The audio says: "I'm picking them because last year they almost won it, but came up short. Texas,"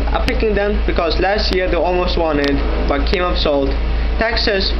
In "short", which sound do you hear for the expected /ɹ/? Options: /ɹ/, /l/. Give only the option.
/l/